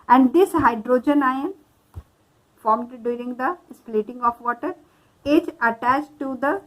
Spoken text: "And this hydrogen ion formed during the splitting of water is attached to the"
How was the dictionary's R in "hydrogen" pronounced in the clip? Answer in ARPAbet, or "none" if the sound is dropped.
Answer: R